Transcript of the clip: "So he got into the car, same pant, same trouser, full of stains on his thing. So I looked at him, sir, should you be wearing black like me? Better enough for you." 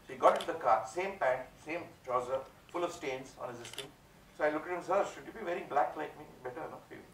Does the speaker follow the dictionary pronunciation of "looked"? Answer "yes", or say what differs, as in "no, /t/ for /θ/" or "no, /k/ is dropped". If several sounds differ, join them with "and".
no, /t/ is dropped